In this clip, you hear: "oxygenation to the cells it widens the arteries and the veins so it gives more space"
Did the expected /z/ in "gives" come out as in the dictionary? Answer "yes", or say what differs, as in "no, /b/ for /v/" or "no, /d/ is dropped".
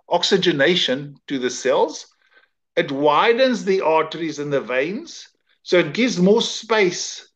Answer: yes